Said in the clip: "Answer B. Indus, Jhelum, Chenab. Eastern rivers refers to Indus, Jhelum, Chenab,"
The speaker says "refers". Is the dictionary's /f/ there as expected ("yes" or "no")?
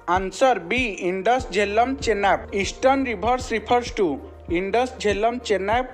no